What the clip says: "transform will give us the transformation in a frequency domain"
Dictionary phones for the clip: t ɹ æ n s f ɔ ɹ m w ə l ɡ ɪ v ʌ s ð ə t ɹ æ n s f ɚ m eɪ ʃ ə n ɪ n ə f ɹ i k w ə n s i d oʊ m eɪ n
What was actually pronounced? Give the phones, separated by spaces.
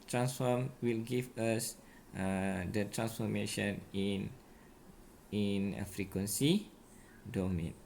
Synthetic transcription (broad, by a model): t ɹ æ n s f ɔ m w ə l ɡ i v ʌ s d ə t ɹ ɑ n s f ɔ m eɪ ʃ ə n ɪ n ə f ɹ i k w ə n s i d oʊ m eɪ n